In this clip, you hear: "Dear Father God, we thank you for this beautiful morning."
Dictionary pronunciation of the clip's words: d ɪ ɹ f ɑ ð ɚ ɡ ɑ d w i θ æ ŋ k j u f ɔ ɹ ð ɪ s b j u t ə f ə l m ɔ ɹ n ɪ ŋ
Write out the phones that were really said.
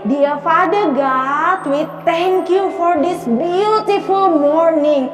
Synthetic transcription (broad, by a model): d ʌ ɹ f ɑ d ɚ ɡ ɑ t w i t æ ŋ k j u f ɔ ɹ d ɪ s b j u t ə f ə l m ɔ ɹ n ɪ ŋ